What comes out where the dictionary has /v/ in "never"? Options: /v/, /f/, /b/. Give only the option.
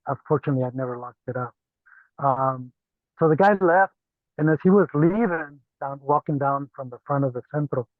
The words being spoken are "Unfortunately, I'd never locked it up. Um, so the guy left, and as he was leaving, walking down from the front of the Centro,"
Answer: /v/